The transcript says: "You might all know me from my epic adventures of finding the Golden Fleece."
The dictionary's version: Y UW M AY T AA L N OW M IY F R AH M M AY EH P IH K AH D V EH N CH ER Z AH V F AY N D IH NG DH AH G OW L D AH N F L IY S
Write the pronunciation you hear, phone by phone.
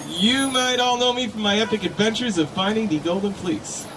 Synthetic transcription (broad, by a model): Y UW M AY T AA L N OW M IY F R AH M M AY EH P IH K AH D V EH N CH ER Z AH V F AY N D IH NG DH AH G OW L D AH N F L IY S